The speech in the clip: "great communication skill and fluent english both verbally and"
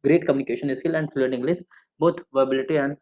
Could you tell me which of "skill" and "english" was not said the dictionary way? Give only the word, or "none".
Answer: english